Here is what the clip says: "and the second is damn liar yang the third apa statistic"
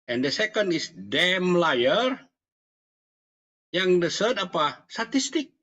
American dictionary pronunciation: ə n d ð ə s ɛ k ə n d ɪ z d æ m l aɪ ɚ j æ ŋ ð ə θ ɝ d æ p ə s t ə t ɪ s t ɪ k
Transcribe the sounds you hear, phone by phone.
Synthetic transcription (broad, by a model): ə n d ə s ɛ k ə n d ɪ s d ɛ m l aɪ ɚ j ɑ ŋ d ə s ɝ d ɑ p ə s t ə t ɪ s t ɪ k